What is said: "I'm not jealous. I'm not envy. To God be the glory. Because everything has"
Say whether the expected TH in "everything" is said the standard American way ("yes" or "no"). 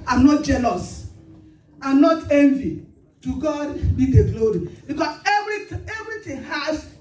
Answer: no